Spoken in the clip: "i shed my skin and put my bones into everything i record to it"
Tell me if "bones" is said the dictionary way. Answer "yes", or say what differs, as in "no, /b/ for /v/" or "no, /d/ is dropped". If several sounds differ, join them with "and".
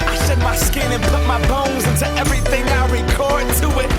yes